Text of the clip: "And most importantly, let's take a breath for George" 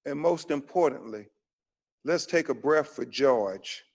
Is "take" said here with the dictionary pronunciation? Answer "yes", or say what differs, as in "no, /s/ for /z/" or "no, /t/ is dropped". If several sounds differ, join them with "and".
yes